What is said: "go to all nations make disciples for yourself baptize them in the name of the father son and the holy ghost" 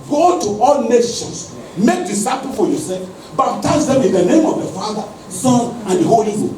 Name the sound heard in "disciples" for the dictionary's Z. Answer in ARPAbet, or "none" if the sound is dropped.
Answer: none